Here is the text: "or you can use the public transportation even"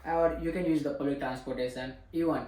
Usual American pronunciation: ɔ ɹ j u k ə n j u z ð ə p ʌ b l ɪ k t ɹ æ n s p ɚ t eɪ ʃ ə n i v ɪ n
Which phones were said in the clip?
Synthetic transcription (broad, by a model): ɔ ɹ j u k ə n j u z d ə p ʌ l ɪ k t ɹ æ n s p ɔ t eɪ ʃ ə n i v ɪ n